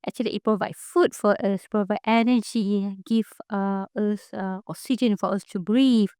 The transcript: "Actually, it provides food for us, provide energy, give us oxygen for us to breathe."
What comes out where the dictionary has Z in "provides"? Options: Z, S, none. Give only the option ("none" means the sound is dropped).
none